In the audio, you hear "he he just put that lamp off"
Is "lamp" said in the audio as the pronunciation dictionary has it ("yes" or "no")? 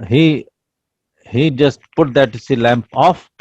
yes